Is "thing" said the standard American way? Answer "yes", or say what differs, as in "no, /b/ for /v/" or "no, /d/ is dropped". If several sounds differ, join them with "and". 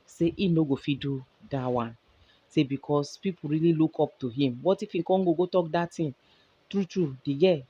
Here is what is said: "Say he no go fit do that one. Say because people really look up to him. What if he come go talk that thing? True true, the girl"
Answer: no, /t/ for /θ/